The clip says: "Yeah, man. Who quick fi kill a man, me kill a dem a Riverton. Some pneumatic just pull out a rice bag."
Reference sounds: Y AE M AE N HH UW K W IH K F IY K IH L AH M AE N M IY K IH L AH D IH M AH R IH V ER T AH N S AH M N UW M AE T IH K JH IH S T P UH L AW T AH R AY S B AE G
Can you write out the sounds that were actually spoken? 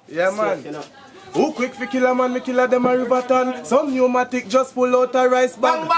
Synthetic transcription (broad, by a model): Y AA M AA N HH UW K W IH K F IY K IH L AH M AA N M IY K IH L AH D IH M AH R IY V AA T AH N S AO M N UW M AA T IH K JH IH S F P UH L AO T AH R AY S B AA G